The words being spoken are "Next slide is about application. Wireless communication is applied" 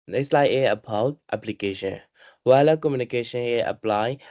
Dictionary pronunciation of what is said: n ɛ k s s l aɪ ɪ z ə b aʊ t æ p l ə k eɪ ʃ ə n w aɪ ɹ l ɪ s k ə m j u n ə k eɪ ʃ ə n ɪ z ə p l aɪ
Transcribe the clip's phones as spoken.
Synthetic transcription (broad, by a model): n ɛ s s l aɪ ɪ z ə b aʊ t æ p l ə k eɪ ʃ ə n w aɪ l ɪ k ə m j u n ə k eɪ ʃ ə n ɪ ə p l aɪ